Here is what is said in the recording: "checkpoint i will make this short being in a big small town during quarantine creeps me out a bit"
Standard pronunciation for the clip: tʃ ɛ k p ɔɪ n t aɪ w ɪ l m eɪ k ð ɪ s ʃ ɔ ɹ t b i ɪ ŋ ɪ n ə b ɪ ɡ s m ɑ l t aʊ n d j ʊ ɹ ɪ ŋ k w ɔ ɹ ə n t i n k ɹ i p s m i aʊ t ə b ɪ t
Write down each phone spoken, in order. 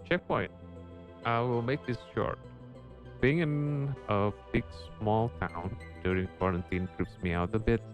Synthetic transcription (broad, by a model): tʃ ɛ k p ɔɪ n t aɪ w ɪ l m eɪ k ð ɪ s ʃ ɔ ɹ t b i ɪ ŋ ɪ n ə b ɪ ɡ s m ɑ l t aʊ n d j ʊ ɹ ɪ ŋ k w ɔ ɹ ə n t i n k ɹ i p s m i aʊ t ə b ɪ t